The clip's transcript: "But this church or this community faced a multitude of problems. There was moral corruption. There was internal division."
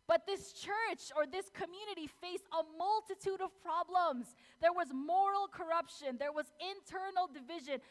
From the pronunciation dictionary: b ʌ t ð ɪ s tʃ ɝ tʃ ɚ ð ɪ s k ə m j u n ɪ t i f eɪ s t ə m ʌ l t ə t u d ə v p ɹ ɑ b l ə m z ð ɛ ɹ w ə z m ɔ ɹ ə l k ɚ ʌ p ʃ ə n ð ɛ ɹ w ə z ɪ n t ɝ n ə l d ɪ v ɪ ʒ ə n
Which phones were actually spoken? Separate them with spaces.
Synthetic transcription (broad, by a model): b ʌ t ð ɪ s tʃ ɝ tʃ ɚ ð ɪ s k ə m j u n ɪ t i f eɪ s ə m ʌ l t ə t u d ə v p ɹ ɑ b l ə m z ð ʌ ɹ w ə z m ɔ ɹ l k ɚ ʌ p ʃ ə n ð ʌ ɹ w ə z ɪ n t ɝ n l d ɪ v ɪ ʒ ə n